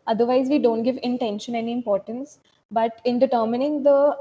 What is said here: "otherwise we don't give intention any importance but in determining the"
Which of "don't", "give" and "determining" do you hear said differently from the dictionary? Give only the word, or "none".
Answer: none